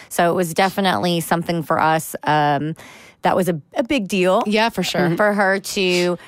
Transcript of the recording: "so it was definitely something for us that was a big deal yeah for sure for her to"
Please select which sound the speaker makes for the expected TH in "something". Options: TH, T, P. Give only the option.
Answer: TH